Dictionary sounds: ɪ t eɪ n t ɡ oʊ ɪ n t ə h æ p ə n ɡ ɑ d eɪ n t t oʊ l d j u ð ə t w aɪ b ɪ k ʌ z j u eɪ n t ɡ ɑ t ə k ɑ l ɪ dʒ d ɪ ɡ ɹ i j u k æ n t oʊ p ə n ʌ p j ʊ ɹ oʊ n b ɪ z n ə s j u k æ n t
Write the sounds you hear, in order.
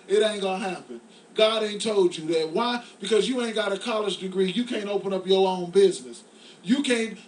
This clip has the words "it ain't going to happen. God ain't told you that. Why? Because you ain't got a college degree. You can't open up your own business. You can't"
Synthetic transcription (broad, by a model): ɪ t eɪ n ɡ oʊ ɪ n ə h æ p ə n ɡ ɑ d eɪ n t t oʊ l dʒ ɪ ð ə t w aɪ b ɪ k ʌ z j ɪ eɪ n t ɡ ɑ t ə k ɑ l ɪ dʒ d ɪ ɡ ɹ i j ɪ k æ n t oʊ p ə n ʌ p j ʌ ɹ oʊ n b ɪ z n ə s j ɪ k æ n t